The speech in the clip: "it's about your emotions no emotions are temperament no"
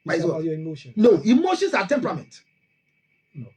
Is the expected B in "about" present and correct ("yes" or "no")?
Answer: no